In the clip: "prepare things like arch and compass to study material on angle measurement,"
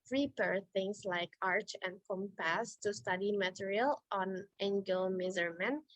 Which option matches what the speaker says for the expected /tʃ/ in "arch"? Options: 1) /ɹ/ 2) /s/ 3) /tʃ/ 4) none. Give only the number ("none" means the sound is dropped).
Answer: 3